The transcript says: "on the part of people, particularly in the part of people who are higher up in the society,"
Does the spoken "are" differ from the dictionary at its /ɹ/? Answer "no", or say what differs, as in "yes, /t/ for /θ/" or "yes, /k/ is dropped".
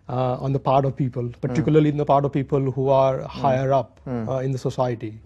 no